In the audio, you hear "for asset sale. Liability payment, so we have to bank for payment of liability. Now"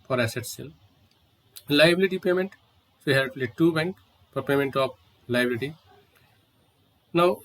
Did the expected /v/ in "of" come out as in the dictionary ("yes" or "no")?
no